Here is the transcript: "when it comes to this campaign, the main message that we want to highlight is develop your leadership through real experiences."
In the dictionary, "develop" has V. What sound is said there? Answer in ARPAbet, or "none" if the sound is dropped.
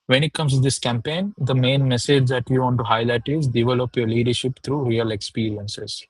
V